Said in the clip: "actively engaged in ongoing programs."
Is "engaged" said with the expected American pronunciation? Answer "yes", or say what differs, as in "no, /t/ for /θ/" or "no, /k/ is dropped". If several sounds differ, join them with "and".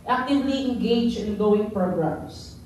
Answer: no, /d/ is dropped